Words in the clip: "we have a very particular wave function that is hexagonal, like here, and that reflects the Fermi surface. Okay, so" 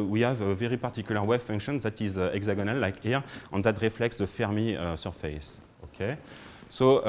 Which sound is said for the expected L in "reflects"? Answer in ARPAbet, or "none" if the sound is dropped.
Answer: L